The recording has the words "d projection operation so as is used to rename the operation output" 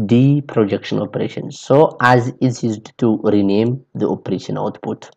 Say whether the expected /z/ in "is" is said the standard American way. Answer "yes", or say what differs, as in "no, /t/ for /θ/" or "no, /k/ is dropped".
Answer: no, /s/ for /z/